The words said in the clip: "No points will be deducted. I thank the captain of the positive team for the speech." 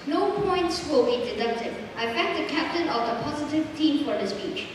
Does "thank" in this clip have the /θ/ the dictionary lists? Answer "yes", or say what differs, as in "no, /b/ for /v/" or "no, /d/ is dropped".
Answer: no, /f/ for /θ/